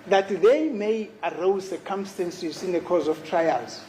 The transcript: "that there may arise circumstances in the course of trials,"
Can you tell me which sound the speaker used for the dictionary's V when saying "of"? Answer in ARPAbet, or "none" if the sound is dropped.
F